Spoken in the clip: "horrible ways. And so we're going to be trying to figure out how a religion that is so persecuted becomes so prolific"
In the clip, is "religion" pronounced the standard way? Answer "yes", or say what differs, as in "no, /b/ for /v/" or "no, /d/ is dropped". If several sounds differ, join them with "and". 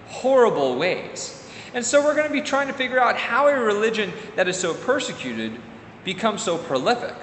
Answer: yes